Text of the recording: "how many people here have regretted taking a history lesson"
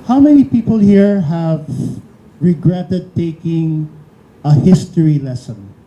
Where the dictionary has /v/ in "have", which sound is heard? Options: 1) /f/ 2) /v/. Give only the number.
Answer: 2